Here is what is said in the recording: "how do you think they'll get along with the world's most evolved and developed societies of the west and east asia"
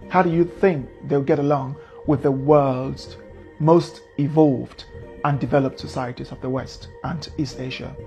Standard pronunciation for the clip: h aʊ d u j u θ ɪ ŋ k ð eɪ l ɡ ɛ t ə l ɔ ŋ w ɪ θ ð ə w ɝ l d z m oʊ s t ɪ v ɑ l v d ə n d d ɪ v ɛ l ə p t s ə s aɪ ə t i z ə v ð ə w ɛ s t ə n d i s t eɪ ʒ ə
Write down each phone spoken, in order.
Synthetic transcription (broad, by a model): h aʊ d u j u θ ɪ ŋ k ð eɪ l ɡ ɛ t ə l ɔ ŋ w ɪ ð ə w ɝ l d z m oʊ s t ɪ v ɑ l v d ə n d d ɪ v ɛ l ə p t s ə s aɪ ə t i z ə v ð ə w ɛ s t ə n i s t eɪ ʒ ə